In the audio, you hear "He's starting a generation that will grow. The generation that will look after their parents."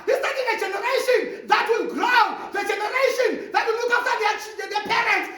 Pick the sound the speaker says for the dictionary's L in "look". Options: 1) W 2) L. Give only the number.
1